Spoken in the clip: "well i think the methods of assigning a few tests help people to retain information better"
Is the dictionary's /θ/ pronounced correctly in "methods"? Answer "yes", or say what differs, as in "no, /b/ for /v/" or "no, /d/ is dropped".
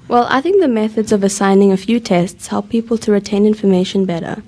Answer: yes